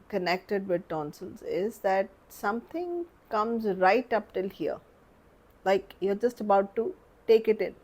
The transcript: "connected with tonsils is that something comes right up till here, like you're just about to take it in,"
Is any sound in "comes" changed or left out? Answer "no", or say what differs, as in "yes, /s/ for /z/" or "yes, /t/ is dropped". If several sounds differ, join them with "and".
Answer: no